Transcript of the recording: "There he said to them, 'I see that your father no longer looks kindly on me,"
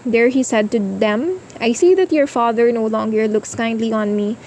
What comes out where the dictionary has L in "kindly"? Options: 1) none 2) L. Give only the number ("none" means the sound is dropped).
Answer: 2